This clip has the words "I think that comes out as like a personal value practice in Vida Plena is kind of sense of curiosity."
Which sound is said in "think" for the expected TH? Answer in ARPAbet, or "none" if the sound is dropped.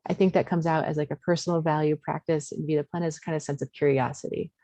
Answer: TH